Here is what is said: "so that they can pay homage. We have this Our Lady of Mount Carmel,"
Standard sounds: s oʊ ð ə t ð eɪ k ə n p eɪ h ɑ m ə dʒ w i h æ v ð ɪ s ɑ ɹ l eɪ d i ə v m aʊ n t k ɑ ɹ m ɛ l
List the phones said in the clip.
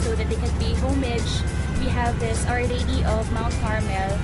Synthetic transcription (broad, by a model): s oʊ ð ə t ð eɪ k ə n b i h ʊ m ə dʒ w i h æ v ð ɪ s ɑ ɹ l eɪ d i ə v m aʊ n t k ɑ ɹ m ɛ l